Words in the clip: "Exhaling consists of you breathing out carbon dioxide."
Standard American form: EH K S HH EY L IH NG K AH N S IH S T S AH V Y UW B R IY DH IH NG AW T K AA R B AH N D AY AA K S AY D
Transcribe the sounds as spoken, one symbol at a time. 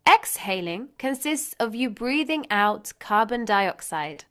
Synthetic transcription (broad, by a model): EH K S HH EY L IH NG K AH N S IH S T S AH V Y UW B R IY DH IH NG AW T K AA B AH N D AY AA K S AY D